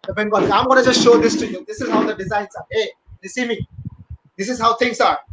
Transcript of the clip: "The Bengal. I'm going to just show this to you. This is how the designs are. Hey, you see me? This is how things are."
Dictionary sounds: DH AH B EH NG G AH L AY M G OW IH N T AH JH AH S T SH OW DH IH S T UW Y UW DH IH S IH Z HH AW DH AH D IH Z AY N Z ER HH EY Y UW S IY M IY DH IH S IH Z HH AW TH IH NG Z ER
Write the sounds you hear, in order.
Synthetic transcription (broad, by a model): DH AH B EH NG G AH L AY M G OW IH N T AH JH AH S T SH OW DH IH S T UW Y UW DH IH S IH Z HH AW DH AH D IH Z AY N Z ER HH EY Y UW S IY M IY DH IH S IH Z HH AW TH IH NG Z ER